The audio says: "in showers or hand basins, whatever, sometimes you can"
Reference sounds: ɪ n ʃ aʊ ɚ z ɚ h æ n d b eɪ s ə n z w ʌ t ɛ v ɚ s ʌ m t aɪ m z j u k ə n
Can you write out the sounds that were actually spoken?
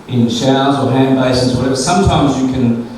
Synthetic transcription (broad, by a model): ɪ n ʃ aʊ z ɚ h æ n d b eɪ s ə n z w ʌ t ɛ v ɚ s ʌ m t aɪ m z j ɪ k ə n